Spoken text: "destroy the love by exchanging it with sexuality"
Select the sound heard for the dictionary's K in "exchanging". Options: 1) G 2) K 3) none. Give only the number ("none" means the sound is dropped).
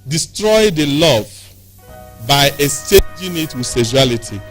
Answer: 3